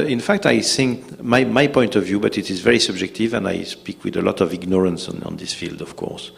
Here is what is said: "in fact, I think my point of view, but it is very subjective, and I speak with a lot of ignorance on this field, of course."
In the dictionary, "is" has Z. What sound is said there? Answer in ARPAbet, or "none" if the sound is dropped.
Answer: Z